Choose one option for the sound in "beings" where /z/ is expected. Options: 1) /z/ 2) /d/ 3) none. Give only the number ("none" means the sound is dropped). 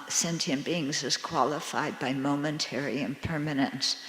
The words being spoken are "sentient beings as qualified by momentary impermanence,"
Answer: 1